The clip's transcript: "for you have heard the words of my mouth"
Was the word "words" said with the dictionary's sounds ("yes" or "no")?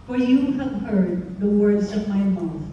yes